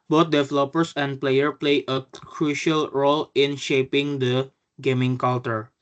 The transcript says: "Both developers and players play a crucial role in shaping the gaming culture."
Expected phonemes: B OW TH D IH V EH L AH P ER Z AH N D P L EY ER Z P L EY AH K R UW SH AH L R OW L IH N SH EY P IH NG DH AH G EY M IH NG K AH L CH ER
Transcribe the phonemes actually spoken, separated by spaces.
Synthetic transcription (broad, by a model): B OW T D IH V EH L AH P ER S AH N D P L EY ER P L EY AH K R UW SH AH L R OW L IH N SH EY P IH NG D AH G EY M IH NG K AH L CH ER